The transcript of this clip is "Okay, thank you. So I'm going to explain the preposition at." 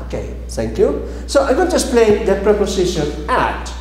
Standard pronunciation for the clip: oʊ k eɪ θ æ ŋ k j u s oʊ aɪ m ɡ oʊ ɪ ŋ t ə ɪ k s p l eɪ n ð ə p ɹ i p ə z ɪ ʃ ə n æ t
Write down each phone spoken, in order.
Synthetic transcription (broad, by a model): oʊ k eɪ t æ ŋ k j u s oʊ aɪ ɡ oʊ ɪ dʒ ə s p l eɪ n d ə p ɹ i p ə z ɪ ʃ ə n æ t